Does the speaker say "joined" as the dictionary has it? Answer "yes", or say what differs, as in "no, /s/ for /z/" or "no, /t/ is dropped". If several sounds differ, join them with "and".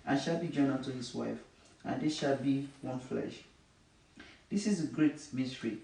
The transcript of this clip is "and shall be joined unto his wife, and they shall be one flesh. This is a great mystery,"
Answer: no, /d/ is dropped